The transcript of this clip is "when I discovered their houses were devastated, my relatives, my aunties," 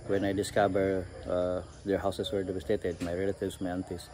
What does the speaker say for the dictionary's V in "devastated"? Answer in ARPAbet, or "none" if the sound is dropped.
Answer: B